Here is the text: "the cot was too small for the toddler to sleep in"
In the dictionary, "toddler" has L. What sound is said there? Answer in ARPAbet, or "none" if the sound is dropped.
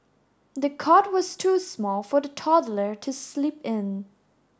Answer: L